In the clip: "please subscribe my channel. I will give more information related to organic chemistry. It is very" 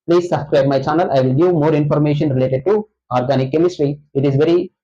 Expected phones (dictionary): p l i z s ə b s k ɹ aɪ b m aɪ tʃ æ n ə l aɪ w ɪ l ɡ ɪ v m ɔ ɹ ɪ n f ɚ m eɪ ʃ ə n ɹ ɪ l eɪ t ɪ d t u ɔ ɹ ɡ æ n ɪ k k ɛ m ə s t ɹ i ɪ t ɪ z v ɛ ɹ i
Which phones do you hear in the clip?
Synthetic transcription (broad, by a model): p l i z s ə b s k ɹ aɪ b m aɪ tʃ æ n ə l aɪ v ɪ l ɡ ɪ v m ɔ ɹ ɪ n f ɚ m eɪ ʃ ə n ɹ ɪ l eɪ t ɪ d t u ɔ ɹ ɡ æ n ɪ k k ɛ m ə s t ɹ i ɪ t ɪ z v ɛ ɹ i